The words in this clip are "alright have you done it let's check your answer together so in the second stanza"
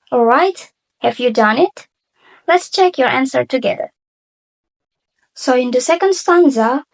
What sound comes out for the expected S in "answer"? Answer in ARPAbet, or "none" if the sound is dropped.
S